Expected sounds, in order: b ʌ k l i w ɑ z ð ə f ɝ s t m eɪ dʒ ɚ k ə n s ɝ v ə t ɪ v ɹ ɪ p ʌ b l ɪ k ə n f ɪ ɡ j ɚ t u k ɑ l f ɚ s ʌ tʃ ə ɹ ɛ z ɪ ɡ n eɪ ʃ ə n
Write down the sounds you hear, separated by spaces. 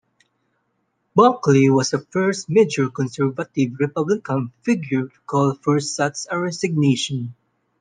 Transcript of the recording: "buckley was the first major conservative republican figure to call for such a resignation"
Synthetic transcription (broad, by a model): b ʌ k l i w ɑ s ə f ɝ s t m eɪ dʒ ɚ k ə n s ɝ v ə t ɪ v ɹ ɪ p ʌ b l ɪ k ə n f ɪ ɡ j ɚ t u k ɑ l f ɚ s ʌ s ə ɹ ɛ s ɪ ɡ n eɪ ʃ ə n